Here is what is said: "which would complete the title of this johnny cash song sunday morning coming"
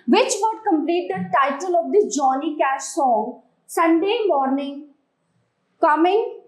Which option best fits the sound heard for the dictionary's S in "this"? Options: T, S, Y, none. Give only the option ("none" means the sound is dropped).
none